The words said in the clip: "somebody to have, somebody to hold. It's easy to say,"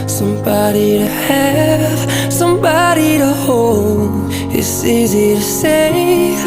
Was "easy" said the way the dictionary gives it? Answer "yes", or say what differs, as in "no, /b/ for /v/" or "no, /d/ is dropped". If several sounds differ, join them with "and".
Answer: yes